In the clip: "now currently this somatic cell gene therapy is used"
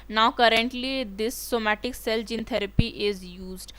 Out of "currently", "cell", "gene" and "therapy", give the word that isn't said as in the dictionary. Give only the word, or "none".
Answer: therapy